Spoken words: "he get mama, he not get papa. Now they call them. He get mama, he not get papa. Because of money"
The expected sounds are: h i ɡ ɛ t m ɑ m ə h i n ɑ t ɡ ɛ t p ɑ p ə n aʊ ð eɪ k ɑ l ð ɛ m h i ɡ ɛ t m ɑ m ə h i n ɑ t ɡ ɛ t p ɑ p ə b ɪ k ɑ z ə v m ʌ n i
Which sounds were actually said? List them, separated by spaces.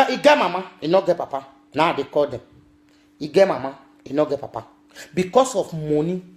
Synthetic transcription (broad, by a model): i ɡ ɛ m ɑ m ə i n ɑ ɡ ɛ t p ɑ p ə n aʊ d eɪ k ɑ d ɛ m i ɡ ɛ m ɑ m ə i n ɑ ɡ ɛ t p ɑ p ə b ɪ k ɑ s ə f m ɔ n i